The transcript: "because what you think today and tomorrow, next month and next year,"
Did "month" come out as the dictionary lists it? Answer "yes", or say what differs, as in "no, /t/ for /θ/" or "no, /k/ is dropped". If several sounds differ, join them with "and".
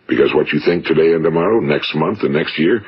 yes